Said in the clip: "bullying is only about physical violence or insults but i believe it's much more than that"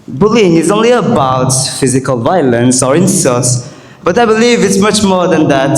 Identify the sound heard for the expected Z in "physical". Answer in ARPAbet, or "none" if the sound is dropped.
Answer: Z